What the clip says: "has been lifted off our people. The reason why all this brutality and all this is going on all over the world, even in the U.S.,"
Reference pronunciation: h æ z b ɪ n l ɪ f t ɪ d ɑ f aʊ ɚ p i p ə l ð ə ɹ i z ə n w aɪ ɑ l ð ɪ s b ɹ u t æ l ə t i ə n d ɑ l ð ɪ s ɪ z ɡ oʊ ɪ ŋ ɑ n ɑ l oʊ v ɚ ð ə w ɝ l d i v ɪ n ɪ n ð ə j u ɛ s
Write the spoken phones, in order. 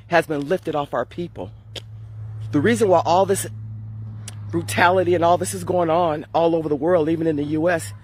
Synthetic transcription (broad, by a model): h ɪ z b ɪ n l ɪ f t ɪ d ɑ f aʊ ɚ p i p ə l ð ə ɹ i z ə n w aɪ ɑ l ð ɪ s b ɹ u t æ l ə t i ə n ɑ l ð ɪ s ɪ z ɡ oʊ ɪ ŋ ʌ n ɑ l oʊ v ɚ ð ə w ɝ l d i v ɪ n ɪ n ð ə j u ɛ s